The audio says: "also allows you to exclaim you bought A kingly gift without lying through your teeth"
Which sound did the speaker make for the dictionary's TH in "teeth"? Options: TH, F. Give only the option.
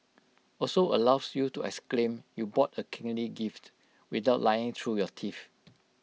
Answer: F